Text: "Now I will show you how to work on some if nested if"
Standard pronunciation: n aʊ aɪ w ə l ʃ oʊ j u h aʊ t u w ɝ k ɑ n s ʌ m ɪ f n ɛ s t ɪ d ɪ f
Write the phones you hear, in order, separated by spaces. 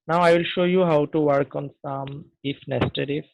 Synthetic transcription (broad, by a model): n aʊ aɪ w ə l ʃ oʊ j u h aʊ t u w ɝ k ɑ n s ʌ m ɪ f n ɛ s t ɪ d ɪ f